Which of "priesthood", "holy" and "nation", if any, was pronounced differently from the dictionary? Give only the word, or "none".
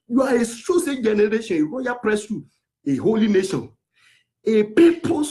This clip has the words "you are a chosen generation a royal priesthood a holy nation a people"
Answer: priesthood